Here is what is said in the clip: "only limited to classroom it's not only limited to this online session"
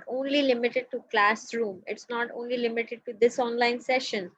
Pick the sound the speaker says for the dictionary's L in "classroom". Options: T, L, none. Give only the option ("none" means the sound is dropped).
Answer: L